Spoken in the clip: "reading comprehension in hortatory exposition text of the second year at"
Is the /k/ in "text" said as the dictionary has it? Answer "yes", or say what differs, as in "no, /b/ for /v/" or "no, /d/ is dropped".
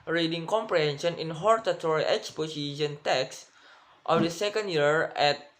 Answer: yes